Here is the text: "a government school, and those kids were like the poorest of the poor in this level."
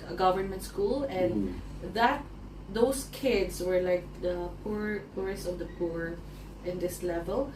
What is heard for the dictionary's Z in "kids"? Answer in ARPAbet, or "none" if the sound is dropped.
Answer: S